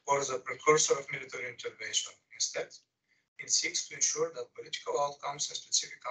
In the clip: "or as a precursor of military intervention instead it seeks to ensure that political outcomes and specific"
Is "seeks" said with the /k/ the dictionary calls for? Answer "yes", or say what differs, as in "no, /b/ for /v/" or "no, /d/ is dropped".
yes